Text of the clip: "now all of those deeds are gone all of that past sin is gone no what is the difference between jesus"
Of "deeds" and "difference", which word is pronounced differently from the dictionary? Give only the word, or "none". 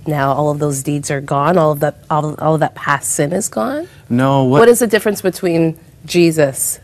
none